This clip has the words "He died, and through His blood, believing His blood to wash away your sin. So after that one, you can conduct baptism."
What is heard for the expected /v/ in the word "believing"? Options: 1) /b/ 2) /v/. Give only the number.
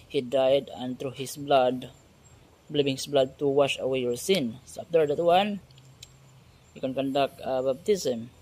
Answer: 1